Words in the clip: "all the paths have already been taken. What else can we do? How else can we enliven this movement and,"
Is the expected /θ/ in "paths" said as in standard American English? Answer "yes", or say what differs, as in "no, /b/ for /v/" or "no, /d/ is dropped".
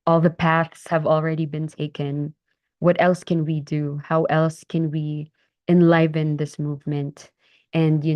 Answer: yes